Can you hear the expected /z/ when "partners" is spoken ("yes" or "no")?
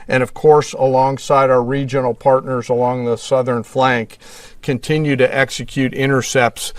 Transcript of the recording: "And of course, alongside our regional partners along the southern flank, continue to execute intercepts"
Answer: yes